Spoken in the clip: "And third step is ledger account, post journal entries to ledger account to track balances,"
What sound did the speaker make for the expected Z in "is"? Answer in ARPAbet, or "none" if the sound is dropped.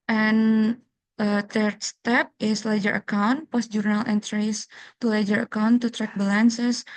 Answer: S